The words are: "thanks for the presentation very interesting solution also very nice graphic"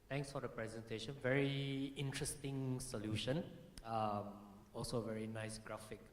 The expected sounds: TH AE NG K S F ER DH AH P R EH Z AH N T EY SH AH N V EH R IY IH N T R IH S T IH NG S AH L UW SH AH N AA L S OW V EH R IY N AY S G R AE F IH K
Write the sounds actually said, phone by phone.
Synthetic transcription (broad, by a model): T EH NG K S F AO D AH P R EH Z AH N T EY SH AH N V EH R IY IH N T R IH S T IH NG S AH L UW SH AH N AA L S OW V EH R IY N AY S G R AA F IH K